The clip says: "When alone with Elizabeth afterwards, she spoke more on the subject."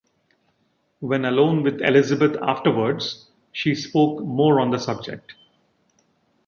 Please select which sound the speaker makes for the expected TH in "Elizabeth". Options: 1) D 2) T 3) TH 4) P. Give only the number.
2